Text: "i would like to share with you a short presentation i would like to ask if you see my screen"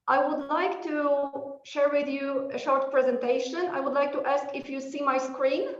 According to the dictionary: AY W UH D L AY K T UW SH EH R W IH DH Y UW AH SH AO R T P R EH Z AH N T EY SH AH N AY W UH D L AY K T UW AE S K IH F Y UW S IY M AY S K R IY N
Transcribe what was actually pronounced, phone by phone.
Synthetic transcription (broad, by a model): AY W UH D L AY K T UW SH EH R W IH DH Y UW AH SH AO R T P R EH Z AH N T EY SH AH N AY W UH D L AY K T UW AE S K IH F Y UW S IY M AY S K R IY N